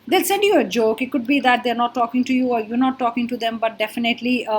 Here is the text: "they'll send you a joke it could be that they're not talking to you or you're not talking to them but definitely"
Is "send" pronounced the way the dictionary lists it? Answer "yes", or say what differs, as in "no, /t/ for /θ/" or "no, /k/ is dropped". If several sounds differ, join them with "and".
yes